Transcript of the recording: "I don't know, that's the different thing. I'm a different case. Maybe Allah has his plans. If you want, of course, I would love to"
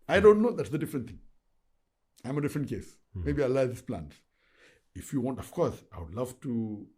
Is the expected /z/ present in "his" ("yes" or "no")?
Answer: no